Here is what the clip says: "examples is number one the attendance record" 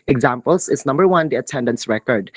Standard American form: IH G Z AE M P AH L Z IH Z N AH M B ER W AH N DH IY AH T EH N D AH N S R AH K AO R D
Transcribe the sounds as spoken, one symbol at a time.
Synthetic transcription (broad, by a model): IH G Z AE M P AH L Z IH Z N AH M B ER W AH N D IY AH T EH N D AH N S R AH K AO R D